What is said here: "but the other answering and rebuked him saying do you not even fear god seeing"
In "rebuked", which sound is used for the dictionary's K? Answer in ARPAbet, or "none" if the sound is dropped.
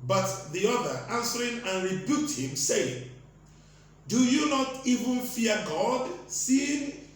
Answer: none